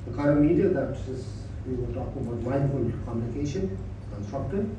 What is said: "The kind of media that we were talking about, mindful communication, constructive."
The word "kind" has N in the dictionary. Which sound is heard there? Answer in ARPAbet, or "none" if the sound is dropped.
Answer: none